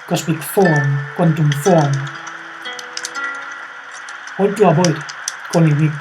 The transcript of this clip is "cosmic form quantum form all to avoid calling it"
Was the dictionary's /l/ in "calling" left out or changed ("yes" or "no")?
yes